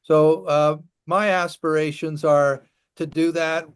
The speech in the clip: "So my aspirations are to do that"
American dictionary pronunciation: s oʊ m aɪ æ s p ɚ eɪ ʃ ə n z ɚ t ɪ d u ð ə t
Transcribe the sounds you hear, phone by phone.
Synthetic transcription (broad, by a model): s oʊ m aɪ æ s p ɚ eɪ ʃ ə n z ɚ t ɪ d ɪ ð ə t